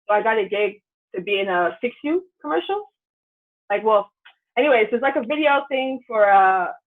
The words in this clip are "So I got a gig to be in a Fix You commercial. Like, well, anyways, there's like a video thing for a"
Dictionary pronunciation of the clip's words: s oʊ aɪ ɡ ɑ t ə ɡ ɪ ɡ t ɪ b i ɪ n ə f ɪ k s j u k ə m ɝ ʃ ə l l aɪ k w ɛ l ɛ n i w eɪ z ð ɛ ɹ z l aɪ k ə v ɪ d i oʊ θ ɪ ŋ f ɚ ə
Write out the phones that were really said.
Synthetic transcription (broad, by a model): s oʊ aɪ ɡ ɑ t ə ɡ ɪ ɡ t ɪ b i ɪ n ə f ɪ k s j u k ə m ɝ ʃ l l aɪ k w ɛ l ɛ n i w eɪ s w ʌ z l aɪ k ə v ɪ d i oʊ θ ɪ ŋ f ɚ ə